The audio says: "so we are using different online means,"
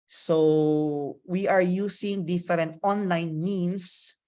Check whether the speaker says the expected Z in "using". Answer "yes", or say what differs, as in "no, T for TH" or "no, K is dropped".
no, S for Z